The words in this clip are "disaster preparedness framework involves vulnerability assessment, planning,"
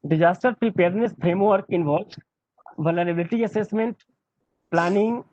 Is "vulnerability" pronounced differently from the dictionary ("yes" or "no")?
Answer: yes